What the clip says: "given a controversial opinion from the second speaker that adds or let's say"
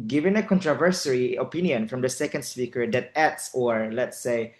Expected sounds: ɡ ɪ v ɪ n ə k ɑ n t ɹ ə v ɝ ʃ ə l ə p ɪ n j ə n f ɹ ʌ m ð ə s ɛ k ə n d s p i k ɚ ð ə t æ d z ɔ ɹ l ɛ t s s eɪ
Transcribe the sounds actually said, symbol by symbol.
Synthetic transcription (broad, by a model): ɡ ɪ v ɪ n ə k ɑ n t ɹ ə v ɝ s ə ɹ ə p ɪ n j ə n f ɹ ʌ m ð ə s ɛ k ə n d s p i k ɚ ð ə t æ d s ɔ ɹ l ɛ t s s eɪ